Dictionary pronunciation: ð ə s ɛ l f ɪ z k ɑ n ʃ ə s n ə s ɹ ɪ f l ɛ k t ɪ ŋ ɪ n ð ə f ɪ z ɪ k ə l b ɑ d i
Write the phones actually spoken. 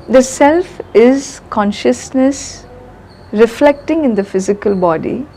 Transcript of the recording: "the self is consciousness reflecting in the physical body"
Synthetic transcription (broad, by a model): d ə s ɛ l f ɪ z k ɑ n ʃ ə s n ə s ɹ ɪ f l ɛ k t ɪ ŋ ɪ n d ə f ɪ z ɪ k ə l b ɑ d i